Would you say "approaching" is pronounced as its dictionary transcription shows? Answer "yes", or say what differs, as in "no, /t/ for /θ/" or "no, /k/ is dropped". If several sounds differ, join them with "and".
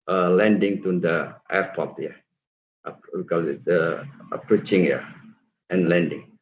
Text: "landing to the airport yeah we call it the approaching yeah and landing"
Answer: yes